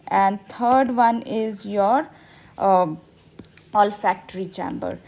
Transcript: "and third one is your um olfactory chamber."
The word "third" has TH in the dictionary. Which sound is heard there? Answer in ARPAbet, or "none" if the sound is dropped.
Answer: T